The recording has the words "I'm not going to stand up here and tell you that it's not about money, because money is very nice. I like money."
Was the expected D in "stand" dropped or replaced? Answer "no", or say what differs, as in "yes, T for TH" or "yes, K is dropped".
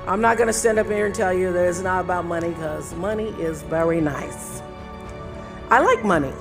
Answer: no